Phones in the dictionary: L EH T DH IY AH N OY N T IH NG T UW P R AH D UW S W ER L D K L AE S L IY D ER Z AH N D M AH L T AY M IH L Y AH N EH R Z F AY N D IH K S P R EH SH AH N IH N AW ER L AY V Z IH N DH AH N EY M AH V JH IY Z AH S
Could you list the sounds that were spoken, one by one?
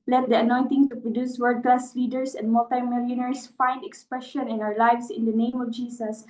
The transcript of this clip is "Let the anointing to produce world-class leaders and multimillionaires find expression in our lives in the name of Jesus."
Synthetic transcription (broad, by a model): L EH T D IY AH N OY N T IH NG T UW P R AH D UW S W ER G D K L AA S L IY D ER S AH N D M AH L T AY M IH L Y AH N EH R S F AY N D IH K S P R EH SH AH N IH N AW ER L AY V S IH N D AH N EY M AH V JH IY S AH S